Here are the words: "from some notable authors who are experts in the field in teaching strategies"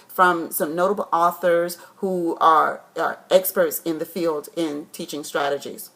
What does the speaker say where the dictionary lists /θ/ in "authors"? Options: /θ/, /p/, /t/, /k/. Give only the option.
/θ/